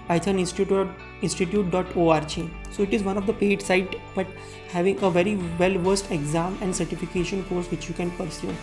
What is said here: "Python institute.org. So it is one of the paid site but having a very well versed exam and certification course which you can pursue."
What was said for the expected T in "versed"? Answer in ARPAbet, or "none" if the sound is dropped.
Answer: T